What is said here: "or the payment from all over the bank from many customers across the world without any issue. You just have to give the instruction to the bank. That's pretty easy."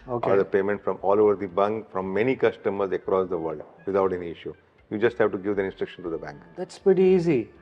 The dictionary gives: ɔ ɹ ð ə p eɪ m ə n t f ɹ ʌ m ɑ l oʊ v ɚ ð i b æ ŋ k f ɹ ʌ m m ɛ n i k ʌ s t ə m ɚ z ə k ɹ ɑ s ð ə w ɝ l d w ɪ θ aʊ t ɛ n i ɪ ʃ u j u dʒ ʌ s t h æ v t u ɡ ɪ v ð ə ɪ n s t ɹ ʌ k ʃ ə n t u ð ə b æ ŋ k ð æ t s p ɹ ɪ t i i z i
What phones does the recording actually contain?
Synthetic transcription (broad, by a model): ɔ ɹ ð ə p eɪ m ə n t f ɹ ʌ m ɑ l oʊ v ɚ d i b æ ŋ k f ɹ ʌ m m ɛ n i k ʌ s t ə m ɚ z ə k ɹ ɑ s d ə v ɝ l d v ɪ t aʊ t ɛ n i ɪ ʃ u j u dʒ ʌ s t h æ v t u ɡ ɪ v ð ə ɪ n s t ɹ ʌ k ʃ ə n t u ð ə b æ ŋ k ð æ t s p ɹ ɪ t i i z i